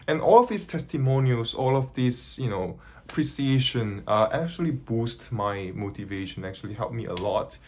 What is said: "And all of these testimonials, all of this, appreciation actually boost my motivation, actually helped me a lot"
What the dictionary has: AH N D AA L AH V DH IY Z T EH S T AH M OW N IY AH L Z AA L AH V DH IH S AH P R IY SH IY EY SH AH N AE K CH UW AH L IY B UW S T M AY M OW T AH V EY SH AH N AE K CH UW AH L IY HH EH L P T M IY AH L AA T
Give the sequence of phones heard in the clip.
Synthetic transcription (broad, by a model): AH N AA L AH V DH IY S T EH S T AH M OW N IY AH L S AA L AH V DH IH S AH P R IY S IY EY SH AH N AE K CH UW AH L IY B UW S T M AY M OW T AH V EY SH AH N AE K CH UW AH L IY HH EH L P M IY AH L AA T